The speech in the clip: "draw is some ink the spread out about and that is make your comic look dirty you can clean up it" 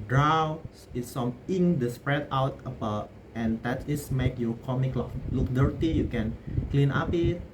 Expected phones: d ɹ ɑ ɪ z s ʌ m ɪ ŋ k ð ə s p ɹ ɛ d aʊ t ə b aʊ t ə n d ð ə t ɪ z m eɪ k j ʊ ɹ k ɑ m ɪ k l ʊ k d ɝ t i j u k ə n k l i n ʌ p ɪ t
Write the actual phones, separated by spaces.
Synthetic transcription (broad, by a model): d ɹ ɑ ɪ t s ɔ m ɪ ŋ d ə s p ɹ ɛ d aʊ t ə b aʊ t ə n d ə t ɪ s m eɪ k j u k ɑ m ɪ k l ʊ k d ɝ t i j u k ə n k l i n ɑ p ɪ t